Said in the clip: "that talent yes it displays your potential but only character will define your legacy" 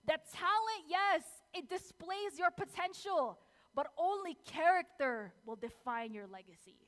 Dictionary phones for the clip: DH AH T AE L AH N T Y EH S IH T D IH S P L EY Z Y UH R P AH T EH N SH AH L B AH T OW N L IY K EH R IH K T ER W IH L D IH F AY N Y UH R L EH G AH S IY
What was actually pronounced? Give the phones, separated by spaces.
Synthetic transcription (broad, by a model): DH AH T AE L AH N T Y EH S IH T D IH S P L EY Z Y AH R P AH T EH N SH AH L B AH T OW N L IY K EH R IH K T ER W IH L D IH F AY N Y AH R L EH G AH S IY